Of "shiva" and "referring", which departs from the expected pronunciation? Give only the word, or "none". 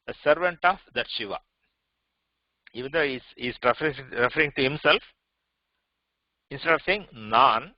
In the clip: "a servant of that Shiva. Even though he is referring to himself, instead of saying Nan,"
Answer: none